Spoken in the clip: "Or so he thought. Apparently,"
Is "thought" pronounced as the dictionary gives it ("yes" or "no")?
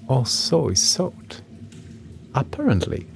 no